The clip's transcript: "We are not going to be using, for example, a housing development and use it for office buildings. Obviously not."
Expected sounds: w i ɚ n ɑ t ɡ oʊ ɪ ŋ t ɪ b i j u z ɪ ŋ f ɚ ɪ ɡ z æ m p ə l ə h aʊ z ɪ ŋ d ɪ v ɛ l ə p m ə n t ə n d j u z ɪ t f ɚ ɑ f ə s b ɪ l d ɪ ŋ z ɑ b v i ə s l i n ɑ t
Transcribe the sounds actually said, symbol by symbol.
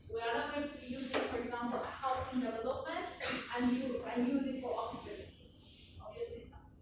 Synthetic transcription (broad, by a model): w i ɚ n ɑ t ɡ oʊ ɪ ŋ t ɪ b i j u z ɪ ŋ f ɚ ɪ ɡ z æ m p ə l ə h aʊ s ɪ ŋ d ɪ v ɛ l ə p m ə n t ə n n j u z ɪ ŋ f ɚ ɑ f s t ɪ d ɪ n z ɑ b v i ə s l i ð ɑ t